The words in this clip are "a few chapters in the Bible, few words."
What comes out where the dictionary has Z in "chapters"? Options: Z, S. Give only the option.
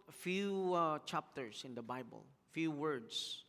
S